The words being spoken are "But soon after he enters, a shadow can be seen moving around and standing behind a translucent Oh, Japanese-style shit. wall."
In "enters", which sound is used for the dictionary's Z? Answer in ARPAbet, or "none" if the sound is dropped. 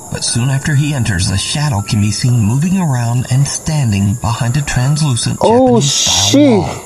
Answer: Z